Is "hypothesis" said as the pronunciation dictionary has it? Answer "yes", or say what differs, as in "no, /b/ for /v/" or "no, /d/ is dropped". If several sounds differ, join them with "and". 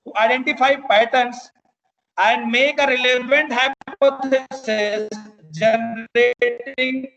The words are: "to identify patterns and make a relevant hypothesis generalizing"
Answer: no, /s/ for /θ/